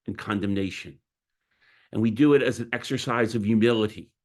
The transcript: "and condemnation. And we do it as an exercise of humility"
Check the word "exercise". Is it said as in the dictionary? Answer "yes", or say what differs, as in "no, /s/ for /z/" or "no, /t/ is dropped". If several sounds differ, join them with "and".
yes